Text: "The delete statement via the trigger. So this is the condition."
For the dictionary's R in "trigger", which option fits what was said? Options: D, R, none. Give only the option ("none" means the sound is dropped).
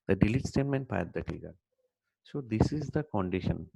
none